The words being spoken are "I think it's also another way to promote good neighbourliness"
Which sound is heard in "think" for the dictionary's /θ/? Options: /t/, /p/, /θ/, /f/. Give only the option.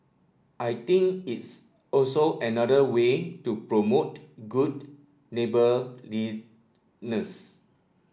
/t/